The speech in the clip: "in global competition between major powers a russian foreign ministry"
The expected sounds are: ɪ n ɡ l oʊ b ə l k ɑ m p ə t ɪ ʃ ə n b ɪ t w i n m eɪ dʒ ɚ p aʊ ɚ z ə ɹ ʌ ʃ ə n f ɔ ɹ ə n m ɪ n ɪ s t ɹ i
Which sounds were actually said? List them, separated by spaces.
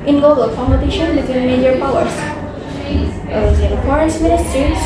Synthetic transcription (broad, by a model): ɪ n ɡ oʊ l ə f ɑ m ə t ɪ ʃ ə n b ɪ t w i n m eɪ dʒ ɚ p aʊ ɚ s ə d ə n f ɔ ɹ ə n m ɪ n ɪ s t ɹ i